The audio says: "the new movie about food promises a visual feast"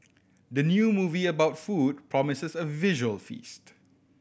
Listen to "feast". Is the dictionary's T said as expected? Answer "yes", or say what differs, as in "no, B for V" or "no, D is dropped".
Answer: yes